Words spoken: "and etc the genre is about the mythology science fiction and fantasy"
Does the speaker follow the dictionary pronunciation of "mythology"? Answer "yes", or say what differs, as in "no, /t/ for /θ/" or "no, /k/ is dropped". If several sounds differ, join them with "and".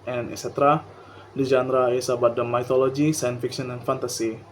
no, /t/ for /θ/